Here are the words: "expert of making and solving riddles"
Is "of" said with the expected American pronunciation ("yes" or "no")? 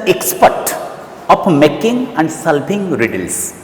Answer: no